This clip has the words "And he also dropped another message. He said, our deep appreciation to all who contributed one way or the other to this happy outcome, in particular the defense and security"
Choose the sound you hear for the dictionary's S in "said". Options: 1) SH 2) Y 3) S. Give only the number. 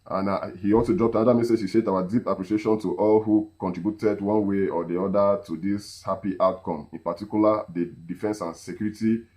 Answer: 1